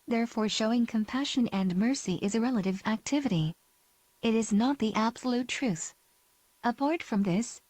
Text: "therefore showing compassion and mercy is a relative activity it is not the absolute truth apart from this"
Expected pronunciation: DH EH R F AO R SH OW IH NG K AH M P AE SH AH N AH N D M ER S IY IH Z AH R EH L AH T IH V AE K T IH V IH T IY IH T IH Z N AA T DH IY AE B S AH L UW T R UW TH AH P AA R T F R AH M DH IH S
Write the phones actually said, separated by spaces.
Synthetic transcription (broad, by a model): DH EH R F AO R SH OW IH NG K AH M P AE SH AH N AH N M ER S IY IH Z AH R EH L AH T IH V AE K T IH V IH T IY IH T IH Z N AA T DH IY AE B S AH L UW T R UW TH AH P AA R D F R AH M DH IH S